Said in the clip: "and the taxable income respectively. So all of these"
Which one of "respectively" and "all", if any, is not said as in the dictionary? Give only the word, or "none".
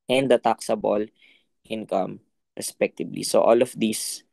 respectively